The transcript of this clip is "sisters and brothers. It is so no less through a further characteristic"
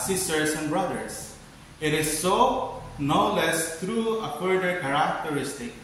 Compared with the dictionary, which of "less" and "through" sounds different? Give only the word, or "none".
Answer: through